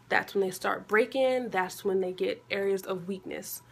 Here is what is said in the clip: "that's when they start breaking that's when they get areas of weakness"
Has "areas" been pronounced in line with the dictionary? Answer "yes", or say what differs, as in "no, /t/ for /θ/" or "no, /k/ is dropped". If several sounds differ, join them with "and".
yes